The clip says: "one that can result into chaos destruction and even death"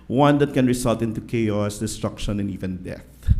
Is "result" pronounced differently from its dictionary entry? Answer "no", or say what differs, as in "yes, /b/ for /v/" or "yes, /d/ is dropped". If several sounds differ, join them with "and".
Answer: yes, /s/ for /z/